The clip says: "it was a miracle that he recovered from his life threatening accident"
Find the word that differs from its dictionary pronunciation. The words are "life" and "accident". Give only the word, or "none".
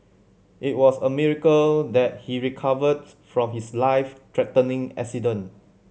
accident